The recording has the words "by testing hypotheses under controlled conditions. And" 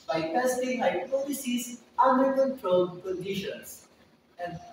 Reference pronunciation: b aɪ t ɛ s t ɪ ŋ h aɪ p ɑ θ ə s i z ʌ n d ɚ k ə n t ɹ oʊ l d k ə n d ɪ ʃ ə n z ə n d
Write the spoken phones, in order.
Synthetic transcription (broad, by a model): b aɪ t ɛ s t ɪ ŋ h aɪ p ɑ t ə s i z ʌ n d ɚ k ə n t ɹ oʊ l d k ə n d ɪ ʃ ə n s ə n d